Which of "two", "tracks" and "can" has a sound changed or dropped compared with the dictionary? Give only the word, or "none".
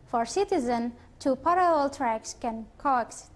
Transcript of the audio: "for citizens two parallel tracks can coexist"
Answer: none